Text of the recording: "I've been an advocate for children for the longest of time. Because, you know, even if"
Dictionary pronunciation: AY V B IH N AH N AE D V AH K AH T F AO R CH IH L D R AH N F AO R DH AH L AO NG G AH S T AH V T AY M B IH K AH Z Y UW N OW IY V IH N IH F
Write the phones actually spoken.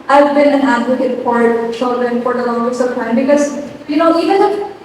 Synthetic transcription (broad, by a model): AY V B IH N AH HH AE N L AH AH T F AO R CH IH L D R AH N F AO R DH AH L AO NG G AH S AH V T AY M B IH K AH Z Y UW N OW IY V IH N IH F